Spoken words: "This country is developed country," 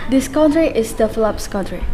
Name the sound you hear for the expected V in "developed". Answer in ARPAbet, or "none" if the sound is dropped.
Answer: F